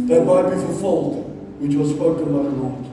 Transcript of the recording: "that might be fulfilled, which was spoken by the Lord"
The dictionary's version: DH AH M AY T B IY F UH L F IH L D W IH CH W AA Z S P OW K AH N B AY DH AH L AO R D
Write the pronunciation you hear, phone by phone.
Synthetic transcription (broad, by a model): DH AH M AY T B IY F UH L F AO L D W IH CH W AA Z S P OW K AH N B AY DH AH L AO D